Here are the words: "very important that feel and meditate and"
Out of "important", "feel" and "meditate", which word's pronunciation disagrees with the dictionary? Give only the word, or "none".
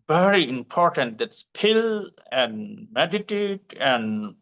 feel